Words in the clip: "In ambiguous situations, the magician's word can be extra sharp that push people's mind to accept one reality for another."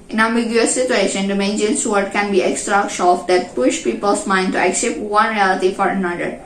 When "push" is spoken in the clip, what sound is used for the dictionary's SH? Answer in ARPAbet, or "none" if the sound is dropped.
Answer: SH